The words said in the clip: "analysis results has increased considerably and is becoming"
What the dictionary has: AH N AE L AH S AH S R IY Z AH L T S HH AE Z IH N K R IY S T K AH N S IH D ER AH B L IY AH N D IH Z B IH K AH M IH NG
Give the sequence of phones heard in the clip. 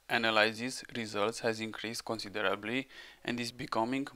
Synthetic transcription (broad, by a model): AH N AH L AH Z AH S R IY Z AH L T S HH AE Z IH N K R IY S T K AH N S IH D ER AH B L IY AH N D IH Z B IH K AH M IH NG